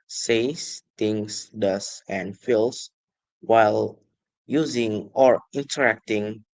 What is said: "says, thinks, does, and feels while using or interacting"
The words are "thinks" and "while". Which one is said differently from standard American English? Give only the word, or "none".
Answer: thinks